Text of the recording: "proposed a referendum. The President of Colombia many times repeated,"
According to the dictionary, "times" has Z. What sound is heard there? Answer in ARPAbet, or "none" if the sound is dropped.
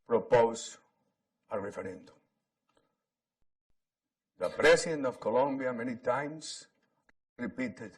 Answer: S